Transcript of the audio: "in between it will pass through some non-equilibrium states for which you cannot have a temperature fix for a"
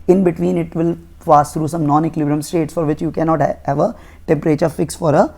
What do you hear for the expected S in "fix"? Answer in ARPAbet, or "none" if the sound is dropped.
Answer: S